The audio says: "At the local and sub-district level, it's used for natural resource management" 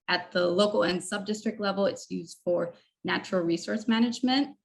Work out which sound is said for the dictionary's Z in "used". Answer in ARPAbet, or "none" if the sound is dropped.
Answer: Z